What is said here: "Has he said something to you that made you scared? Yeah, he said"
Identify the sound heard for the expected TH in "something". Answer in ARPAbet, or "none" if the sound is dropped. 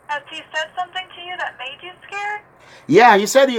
TH